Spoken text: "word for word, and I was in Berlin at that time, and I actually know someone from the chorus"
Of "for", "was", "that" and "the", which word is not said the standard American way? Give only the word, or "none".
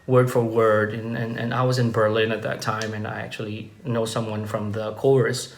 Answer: none